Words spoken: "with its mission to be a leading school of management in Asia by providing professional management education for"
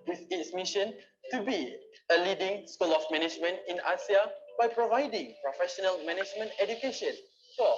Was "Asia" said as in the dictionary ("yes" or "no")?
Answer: no